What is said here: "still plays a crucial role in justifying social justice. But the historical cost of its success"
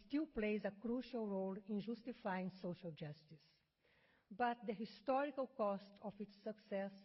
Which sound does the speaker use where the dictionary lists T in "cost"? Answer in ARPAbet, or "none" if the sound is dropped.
T